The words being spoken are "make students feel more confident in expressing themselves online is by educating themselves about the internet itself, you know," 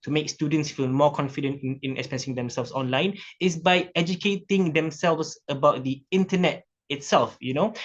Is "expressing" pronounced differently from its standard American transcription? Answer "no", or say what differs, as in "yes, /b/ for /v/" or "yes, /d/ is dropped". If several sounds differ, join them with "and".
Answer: yes, /ɹ/ is dropped